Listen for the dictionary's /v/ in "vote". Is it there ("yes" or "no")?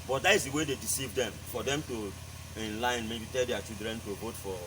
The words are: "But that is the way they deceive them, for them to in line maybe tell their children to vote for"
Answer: yes